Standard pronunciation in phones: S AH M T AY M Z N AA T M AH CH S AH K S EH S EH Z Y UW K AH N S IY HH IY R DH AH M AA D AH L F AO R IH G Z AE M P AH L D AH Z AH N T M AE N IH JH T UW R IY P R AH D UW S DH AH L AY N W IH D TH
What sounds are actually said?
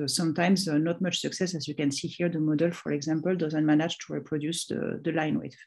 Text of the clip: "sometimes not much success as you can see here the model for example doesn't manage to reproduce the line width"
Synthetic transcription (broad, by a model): S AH M T AY M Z N AA T M AH CH S AH K S EH S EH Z Y UW K AH N S IY HH IY R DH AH M AA D AH L F AO R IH G Z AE M P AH L D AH Z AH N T M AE N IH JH T UW R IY P R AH D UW S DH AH L AY N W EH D